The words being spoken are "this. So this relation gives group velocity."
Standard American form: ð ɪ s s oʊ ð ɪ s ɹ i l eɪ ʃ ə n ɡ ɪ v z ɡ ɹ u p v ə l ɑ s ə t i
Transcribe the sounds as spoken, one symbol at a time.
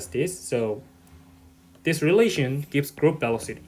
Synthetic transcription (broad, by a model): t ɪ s s oʊ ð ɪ s ɹ i l eɪ ʃ ə n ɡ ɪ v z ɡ ɹ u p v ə l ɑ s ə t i